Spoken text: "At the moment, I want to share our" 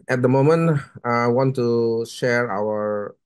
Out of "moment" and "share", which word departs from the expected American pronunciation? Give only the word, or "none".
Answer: none